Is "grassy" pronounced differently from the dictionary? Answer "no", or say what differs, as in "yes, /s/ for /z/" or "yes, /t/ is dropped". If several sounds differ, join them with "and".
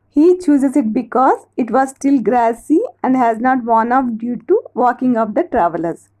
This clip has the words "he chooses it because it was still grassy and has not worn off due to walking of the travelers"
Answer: no